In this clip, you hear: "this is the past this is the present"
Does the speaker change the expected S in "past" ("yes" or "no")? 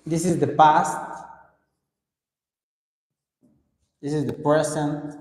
no